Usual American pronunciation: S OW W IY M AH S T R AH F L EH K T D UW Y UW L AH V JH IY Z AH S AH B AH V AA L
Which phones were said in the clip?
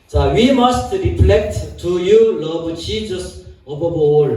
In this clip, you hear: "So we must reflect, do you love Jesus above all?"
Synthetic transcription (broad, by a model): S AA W IY M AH S T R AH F L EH K T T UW Y UW L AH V CH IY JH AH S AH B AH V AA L